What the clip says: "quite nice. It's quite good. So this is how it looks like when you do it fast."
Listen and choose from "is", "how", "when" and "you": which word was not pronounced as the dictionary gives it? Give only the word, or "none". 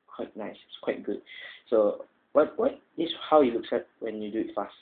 is